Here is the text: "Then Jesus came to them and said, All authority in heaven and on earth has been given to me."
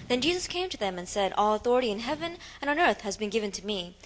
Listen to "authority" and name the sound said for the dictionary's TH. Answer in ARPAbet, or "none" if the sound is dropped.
TH